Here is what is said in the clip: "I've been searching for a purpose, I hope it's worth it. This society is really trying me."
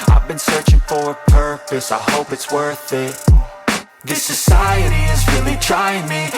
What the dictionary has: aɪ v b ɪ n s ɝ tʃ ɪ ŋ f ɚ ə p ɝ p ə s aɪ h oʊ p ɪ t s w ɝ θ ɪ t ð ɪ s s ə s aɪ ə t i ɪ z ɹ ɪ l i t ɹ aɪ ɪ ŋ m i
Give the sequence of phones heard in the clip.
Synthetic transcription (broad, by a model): aɪ v b ɪ n s ɝ tʃ ɪ ŋ f ɚ ə p ɝ p ə s aɪ h oʊ p ɪ t s w ɝ θ ɪ t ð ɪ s s ə s aɪ ə t i ɪ z ɹ ɪ l i t ɹ aɪ ɪ ŋ m i